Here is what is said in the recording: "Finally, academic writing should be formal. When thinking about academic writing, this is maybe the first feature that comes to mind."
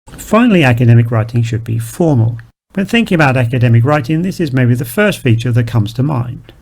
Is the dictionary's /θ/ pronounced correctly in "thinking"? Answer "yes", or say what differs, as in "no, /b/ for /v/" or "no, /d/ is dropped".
yes